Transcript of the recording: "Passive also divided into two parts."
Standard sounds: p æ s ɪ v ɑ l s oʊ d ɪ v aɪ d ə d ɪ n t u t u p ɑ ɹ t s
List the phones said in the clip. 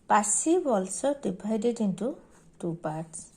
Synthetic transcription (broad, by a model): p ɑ s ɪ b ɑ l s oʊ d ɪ b aɪ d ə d ɪ n t u t u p ɑ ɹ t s